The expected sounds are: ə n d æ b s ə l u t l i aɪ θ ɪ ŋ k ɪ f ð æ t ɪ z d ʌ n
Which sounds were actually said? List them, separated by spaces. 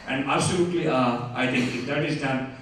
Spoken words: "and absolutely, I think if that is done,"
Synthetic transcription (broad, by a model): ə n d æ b s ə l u t l i aɪ t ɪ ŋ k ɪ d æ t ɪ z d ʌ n